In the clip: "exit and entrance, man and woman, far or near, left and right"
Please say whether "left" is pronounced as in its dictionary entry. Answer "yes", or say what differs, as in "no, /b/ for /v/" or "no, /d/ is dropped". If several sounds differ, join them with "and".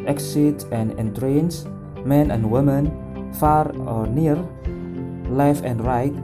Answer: no, /t/ is dropped